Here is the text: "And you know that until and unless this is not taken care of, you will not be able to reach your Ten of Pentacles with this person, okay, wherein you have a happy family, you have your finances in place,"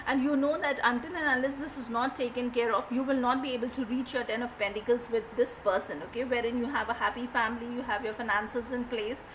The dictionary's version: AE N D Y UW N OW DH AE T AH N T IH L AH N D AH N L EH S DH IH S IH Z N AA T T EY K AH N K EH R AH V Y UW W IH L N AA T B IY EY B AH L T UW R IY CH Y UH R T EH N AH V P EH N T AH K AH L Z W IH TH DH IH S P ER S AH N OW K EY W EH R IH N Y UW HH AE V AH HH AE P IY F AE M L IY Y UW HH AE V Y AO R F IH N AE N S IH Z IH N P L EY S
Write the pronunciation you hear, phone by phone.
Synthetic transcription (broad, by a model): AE N D Y UW N OW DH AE T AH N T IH N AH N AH L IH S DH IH S IH Z N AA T T EY K AH N K EH R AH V Y UW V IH L N AA T B IY EY B AH L T UW R IY CH Y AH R T EH N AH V P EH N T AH K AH L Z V IH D IH S P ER S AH N OW K EY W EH R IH N Y UW HH AE V AH HH AE P IY F AE M L IY Y UW HH AE V Y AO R F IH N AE N S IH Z IH N P L EY S